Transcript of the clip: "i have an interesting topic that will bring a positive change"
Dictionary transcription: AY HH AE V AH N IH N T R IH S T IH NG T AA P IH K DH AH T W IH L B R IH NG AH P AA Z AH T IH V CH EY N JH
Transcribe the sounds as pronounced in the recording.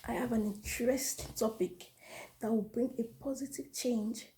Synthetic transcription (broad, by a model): AY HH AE V AH N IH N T R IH S T T AA P IH K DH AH T W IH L B R IH NG AH P AA Z AH T IH V CH EY N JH